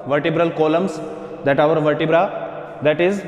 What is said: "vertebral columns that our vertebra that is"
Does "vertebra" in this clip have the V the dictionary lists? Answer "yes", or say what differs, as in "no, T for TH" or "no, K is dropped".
yes